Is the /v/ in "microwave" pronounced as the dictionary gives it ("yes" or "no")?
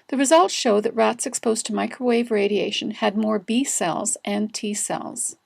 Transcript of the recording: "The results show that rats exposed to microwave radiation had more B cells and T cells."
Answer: yes